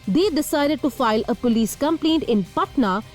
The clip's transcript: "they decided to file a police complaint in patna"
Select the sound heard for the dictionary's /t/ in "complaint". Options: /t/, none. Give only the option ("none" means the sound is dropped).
/t/